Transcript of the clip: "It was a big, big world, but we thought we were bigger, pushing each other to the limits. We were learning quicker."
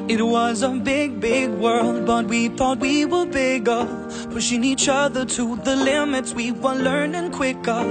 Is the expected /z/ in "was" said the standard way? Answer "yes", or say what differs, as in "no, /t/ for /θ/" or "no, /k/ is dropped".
yes